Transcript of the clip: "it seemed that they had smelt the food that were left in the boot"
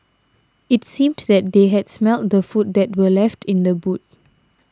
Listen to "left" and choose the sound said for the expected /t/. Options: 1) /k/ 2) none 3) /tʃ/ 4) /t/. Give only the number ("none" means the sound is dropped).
4